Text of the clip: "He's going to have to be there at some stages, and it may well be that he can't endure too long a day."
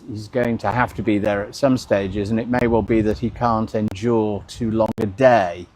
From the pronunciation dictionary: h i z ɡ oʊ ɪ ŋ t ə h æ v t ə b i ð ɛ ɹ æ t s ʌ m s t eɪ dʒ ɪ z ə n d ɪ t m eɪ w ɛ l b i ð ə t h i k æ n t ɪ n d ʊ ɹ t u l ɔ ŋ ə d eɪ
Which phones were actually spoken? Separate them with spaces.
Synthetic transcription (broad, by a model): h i z ɡ oʊ ɪ ŋ t ə h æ f t ə b i ð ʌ ɹ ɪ t s ʌ m s t eɪ dʒ ɪ z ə n ɪ t m eɪ w ɛ l b i ð ə t h i k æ n t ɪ n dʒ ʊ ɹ t u l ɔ ŋ ə d eɪ